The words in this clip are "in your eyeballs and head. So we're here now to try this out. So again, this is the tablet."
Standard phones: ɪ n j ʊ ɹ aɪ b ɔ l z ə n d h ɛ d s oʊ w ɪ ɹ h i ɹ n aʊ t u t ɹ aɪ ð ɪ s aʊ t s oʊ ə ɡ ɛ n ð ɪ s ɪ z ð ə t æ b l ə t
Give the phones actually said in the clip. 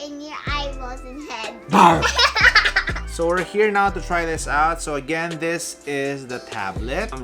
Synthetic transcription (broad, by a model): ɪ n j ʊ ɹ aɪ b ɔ z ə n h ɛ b s oʊ w ɪ ɹ h i ɹ n aʊ t u t ɹ aɪ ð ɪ s aʊ t s oʊ ə ɡ ɛ n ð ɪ s ɪ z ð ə t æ b l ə t